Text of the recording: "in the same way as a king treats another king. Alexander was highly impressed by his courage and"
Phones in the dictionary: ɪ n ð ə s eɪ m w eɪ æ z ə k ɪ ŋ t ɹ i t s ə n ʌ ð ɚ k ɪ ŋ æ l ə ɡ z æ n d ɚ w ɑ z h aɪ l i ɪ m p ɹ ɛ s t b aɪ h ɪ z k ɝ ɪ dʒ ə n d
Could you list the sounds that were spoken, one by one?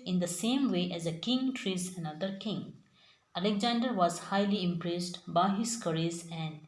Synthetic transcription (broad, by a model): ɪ n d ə s eɪ m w eɪ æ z ə k ɪ ŋ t ɹ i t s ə n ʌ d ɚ k ɪ ŋ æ l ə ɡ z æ n d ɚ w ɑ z h aɪ l i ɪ m p ɹ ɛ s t b aɪ h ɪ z k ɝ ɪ z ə n d